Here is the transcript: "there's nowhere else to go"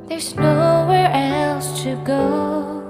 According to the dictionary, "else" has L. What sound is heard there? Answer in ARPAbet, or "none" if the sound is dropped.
L